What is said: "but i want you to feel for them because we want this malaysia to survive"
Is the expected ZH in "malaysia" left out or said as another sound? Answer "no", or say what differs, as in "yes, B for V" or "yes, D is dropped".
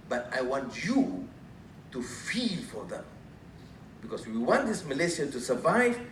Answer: yes, S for ZH